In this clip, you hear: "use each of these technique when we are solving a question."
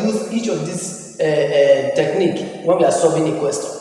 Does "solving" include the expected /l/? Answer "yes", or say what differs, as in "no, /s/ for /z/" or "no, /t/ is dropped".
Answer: no, /l/ is dropped